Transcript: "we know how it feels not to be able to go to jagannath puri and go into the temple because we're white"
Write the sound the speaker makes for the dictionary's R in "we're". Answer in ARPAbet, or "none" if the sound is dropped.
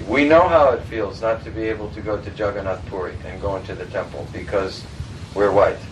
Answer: R